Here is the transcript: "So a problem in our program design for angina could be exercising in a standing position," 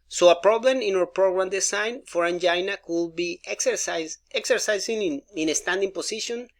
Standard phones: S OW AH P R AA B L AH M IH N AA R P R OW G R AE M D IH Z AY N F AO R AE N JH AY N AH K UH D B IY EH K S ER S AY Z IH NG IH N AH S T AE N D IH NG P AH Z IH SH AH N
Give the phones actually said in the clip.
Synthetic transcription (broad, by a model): S OW AH P R AA B L AH M IH N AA W P R OW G R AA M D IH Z AY N F AO R AE N JH AY N AH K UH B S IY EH K S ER S AY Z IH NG IH N AH S T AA N D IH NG P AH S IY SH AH N